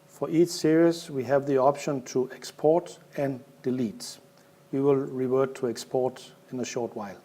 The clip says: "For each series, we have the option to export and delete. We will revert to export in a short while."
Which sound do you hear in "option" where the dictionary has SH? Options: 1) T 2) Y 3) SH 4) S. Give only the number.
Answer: 3